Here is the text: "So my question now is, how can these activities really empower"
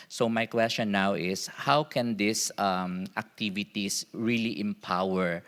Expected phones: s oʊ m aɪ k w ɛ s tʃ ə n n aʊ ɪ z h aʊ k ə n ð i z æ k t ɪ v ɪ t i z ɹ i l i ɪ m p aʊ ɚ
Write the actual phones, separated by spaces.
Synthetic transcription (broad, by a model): s oʊ m aɪ k w ɛ s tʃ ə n n aʊ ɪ s h aʊ k ə n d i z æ k t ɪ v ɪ t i s ɹ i l i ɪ m p aʊ ɚ